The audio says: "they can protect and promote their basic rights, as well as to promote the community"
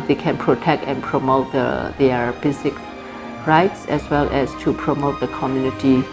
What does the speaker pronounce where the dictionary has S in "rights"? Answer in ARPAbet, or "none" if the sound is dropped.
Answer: S